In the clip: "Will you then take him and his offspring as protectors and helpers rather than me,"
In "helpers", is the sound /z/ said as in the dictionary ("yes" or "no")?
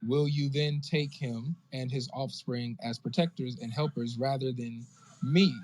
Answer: yes